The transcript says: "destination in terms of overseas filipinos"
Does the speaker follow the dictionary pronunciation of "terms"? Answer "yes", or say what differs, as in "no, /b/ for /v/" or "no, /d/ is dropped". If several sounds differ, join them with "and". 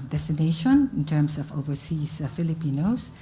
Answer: no, /s/ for /z/